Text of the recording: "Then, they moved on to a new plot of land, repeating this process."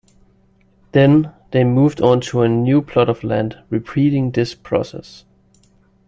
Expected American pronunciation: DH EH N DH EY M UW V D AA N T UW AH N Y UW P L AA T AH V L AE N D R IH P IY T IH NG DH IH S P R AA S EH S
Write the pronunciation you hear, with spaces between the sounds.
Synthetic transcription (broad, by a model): DH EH N DH EY M UW V D AA N T UW AH N Y UW P L AA T AH V L AE N D R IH P IY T IH NG DH IH S P R AA S EH S